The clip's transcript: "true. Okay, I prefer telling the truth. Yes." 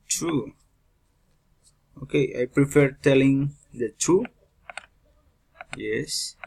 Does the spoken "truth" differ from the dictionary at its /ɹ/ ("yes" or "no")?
yes